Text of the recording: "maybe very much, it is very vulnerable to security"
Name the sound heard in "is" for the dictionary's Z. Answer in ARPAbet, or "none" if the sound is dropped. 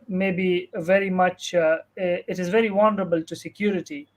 Z